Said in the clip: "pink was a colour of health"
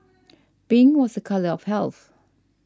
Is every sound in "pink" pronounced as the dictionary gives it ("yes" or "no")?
no